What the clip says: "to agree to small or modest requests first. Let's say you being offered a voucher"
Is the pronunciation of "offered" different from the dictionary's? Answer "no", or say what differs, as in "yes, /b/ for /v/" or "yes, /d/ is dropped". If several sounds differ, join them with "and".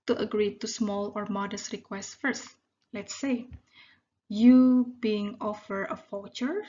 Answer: yes, /d/ is dropped